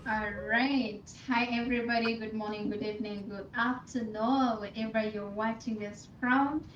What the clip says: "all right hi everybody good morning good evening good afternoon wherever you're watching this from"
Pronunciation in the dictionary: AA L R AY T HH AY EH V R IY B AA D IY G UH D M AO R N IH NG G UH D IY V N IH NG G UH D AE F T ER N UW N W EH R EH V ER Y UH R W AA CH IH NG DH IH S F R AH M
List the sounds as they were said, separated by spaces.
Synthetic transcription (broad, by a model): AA L R AY T HH AY EH V R IY B AA D IY G UH D M AO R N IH NG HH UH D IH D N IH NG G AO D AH P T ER N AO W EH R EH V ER Y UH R W AA CH IH NG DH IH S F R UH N